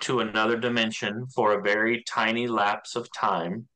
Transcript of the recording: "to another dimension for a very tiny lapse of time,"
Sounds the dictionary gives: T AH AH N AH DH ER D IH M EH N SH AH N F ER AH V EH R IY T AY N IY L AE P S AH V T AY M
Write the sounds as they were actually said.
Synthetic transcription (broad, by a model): T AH AH N AH DH ER D IH M EH N SH AH N F ER AH V EH R IY T AY N IY L AE P S AH V T AY M